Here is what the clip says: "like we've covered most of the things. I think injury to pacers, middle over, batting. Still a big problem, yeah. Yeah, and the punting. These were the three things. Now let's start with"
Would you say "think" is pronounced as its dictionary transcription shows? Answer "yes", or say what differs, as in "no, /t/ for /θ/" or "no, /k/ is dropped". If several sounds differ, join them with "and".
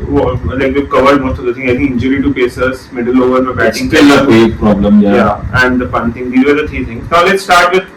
no, /t/ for /θ/ and /k/ is dropped